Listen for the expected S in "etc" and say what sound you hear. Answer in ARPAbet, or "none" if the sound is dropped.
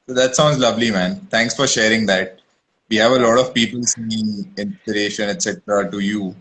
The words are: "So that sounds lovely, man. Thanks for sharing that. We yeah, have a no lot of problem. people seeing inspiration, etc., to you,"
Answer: S